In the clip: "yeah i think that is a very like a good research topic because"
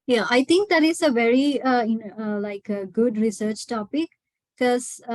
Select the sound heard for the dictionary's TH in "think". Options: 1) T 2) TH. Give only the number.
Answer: 1